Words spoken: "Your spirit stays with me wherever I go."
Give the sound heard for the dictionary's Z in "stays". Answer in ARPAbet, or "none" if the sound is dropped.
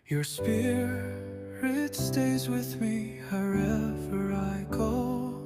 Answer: Z